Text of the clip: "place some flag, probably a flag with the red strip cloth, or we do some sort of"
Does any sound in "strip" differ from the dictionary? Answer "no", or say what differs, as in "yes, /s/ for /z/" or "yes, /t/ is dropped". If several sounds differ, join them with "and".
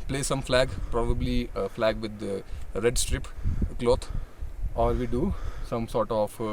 no